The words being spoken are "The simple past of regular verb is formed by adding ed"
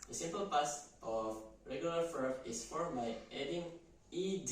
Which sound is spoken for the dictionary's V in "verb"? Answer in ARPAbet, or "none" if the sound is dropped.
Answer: F